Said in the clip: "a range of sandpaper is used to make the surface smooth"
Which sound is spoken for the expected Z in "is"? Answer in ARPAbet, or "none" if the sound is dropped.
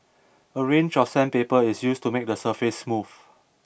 S